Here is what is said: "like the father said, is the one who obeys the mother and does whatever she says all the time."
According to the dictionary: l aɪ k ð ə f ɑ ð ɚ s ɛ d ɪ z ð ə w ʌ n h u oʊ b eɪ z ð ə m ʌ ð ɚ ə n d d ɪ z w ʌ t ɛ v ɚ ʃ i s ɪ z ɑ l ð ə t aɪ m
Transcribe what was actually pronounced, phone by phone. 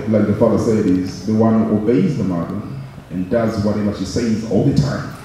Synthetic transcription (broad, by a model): l aɪ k ð ə f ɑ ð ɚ s ɛ d ɪ z ð ə w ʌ n h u oʊ b eɪ z ð ə m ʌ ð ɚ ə n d d ɪ z w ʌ t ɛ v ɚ ʃ i s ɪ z ɑ l ð ə t aɪ m